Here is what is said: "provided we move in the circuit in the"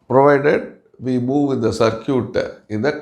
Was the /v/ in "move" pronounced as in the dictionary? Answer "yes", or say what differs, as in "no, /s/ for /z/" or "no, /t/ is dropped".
yes